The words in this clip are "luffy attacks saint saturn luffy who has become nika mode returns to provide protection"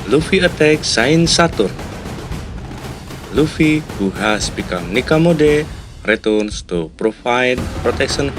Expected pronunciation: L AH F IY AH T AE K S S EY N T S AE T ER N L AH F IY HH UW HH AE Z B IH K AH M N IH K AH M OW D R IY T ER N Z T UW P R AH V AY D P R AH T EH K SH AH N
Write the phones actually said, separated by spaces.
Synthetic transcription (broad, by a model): L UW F IY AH T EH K S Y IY N S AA T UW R L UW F IY HH UW HH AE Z B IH K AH M N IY K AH M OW D R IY T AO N S T UW P R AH F AY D P R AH T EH K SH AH N